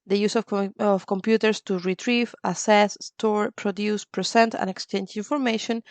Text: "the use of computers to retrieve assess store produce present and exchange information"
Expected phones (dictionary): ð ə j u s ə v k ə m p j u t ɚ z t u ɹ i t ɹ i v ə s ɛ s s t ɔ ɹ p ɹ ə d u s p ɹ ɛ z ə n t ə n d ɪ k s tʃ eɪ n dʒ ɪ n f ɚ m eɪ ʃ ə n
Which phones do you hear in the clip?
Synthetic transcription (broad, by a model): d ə j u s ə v k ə m p j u t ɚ s t u ɹ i t ɹ i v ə s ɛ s s t ɔ ɹ p ɹ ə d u s p ɹ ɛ s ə n t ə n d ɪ k s tʃ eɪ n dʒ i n f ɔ m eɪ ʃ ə n